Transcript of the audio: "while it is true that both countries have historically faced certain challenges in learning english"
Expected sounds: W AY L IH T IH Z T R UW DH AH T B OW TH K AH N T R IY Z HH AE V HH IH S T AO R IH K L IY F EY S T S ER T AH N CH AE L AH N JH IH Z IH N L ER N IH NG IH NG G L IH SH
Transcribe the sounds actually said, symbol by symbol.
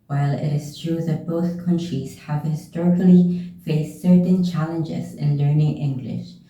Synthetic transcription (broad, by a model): W AY L IH T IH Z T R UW DH AH T B OW TH K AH N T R IY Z HH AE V HH IH S T AO R IH K L IY F EY S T S ER T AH N CH AE L AH N JH IH Z IH N L ER N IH NG IH NG G L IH SH